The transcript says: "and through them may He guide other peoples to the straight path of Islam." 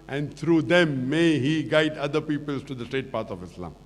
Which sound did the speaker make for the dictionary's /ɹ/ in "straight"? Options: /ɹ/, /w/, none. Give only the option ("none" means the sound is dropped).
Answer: none